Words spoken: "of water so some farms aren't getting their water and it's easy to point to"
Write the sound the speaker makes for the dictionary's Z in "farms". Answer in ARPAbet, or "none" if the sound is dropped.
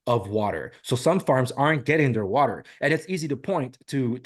Z